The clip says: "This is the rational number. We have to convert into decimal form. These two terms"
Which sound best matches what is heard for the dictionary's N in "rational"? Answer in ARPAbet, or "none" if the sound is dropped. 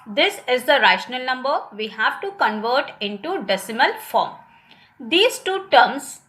N